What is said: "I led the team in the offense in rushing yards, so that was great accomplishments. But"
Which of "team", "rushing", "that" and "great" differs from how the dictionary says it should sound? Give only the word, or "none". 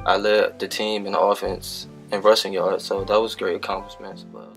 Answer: rushing